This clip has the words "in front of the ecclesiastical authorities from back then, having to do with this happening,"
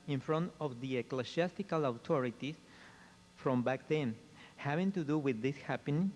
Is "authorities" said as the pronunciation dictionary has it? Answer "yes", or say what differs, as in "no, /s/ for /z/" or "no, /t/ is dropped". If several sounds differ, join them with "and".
no, /t/ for /θ/ and /s/ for /z/